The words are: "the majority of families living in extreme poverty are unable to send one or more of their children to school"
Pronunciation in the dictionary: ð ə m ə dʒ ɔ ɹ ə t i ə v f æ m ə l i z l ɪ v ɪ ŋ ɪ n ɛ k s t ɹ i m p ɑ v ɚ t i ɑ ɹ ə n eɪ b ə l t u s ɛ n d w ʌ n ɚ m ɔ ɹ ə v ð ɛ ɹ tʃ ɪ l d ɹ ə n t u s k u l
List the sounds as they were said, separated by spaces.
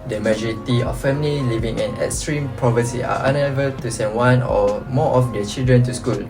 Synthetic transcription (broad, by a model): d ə m ə dʒ ɔ ɹ ə t i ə f f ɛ m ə l i l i v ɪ ŋ ɪ n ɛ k s t ɹ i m p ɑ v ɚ s i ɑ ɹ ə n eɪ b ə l t u s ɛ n w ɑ n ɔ m ɔ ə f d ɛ tʃ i l d ɹ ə n t u s k u l